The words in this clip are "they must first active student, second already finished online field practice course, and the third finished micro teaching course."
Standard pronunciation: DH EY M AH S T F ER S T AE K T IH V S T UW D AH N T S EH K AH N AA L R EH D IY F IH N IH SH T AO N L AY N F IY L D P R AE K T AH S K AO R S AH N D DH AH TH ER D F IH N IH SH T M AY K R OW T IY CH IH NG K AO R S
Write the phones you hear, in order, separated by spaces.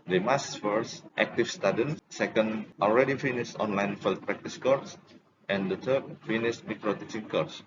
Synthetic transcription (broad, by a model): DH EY M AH S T F ER S T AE K T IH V S T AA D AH N S EH K AH N AA L R EH D IY F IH N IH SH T AO N L AY N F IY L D P R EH K T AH S K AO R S AH N D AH T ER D F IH N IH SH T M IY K R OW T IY S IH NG K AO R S